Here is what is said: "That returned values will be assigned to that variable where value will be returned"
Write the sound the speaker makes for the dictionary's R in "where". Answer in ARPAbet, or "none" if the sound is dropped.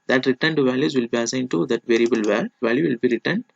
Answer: L